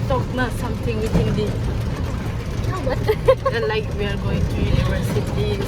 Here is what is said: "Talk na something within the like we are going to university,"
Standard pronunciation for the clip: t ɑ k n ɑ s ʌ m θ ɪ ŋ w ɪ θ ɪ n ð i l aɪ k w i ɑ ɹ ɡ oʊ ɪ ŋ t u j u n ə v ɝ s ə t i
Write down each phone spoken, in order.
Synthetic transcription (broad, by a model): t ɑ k n ɑ s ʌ m t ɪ ŋ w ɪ t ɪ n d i l aɪ k w i ɑ ɹ ɡ oʊ ɪ ŋ t u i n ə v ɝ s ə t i